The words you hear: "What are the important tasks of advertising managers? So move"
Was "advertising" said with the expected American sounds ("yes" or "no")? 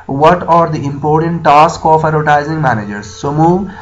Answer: no